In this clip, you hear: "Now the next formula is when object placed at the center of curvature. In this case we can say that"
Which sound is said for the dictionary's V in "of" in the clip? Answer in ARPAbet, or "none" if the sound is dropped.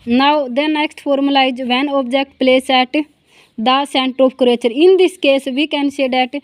P